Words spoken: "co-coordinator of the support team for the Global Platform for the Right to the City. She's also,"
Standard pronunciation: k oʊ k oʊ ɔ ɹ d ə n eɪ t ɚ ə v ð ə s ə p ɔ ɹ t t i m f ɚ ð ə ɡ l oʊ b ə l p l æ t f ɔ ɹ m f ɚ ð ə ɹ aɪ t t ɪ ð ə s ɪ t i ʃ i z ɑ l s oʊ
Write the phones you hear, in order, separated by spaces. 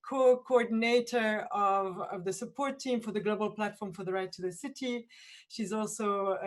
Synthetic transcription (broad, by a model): k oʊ k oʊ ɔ ɹ d n eɪ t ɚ ə v ð ə s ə p ɔ ɹ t t i m f ɚ ð ə ɡ l oʊ b ə l p l æ t f ɔ ɹ m f ɚ ð ə ɹ aɪ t t ɪ ð ə s ɪ t i ʃ i z ɑ l s oʊ